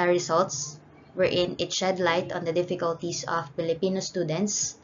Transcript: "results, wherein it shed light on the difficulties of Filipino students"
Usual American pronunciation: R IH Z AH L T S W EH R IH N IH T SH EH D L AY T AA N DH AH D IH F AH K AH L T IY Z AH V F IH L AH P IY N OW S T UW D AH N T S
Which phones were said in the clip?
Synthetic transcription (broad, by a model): R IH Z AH L T S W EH R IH N IH T SH EH D L AY T AA N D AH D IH F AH K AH L T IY S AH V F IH L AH P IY N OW S T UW D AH N T S